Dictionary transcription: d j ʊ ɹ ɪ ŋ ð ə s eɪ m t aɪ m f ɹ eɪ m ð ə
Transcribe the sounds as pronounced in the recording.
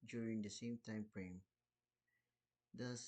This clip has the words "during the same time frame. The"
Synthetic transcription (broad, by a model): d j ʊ ɹ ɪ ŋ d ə s eɪ m t aɪ m p ɹ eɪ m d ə